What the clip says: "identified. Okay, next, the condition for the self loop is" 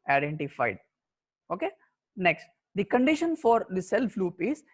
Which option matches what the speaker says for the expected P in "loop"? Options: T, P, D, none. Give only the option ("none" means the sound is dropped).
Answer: P